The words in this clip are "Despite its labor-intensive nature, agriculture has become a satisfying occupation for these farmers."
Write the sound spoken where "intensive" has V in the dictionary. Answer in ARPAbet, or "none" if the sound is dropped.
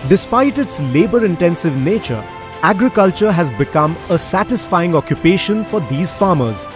V